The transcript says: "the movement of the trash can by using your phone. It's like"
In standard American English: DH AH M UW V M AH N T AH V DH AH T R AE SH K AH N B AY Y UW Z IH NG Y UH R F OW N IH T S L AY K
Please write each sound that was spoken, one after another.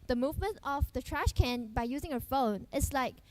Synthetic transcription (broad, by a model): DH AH M UW V M AH N T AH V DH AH T R AE SH K AH N B AY Y UW Z IH NG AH F OW N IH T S L AY K